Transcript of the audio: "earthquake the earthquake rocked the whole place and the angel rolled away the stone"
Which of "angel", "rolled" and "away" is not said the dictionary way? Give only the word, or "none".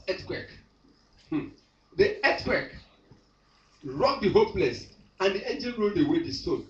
angel